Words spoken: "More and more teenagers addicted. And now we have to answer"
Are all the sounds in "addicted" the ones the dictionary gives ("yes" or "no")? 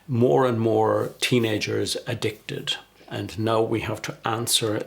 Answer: yes